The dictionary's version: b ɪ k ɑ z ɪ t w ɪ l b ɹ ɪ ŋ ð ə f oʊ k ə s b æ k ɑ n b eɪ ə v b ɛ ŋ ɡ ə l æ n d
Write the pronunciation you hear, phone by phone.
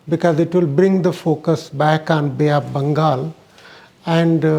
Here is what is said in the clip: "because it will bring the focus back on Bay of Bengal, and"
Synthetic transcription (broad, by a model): b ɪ k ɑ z ɪ t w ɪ l b ɹ ɪ ŋ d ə f oʊ k ə s b æ k ɑ n b eɪ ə p b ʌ ŋ ɡ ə l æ n d